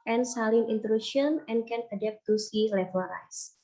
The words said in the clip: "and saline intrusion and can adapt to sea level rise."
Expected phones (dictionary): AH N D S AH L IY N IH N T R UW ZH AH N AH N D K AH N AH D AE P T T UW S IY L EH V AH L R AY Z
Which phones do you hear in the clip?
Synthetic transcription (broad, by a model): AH N S AH L IY N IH N T R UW SH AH N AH N K AH N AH D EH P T T UW S IY L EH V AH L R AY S